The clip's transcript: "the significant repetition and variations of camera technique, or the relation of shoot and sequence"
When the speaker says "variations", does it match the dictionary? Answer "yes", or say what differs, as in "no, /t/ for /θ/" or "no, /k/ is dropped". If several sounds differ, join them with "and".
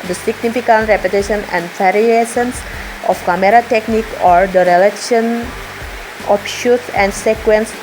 no, /s/ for /ʃ/